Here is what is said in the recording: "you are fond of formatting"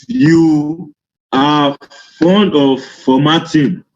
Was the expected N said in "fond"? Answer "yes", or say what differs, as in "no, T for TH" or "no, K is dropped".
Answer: yes